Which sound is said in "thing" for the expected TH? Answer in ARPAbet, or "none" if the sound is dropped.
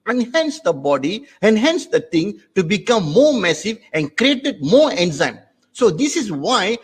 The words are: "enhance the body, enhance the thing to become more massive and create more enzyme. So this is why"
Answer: T